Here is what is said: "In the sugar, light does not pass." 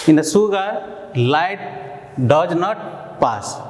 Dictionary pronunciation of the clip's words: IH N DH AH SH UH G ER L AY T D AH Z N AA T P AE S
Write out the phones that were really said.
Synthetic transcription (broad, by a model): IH N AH S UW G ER L AY T D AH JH N AA T P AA S